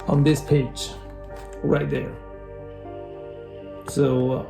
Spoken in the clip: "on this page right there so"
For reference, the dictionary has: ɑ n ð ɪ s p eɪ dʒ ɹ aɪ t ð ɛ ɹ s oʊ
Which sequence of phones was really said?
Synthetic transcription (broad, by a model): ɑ n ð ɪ s p eɪ dʒ ɹ aɪ t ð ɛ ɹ s oʊ